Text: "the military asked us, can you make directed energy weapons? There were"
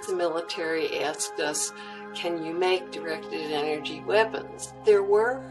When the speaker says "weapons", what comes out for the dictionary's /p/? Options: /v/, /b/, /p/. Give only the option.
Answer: /p/